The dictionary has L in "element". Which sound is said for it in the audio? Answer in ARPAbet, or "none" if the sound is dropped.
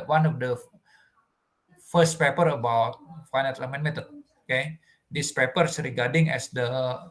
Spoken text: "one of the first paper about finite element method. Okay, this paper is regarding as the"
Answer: none